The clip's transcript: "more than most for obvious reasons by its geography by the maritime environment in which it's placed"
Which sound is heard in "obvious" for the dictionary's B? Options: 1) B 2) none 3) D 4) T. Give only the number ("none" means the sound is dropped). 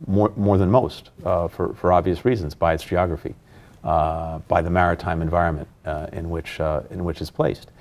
1